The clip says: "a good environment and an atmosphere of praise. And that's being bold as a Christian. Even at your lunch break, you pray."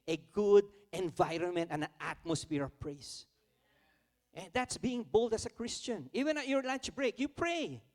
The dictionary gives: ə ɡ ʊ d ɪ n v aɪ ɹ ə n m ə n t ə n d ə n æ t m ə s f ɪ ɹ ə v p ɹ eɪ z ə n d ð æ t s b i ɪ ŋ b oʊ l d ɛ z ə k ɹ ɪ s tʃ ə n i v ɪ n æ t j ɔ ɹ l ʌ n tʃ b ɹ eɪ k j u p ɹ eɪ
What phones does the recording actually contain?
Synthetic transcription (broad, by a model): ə ɡ ʊ d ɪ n v aɪ ɹ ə n m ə n t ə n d ə n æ t m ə s f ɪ ɹ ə p ɹ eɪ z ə n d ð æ t s b i ɪ ŋ b oʊ l d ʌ s ə k ɹ ɪ s tʃ ə n i v ɪ n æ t j ɔ ɹ l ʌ n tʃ b ɹ eɪ k j u p ɹ eɪ